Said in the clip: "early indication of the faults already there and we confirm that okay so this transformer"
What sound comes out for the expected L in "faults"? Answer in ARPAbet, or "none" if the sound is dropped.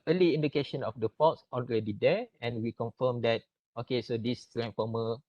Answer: none